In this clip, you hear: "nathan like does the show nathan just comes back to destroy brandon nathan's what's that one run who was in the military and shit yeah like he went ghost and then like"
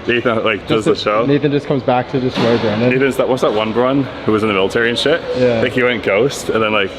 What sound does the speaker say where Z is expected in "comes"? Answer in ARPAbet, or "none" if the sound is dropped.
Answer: Z